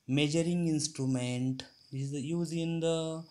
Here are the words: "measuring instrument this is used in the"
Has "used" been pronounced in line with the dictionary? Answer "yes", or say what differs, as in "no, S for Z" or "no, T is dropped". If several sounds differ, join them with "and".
no, D is dropped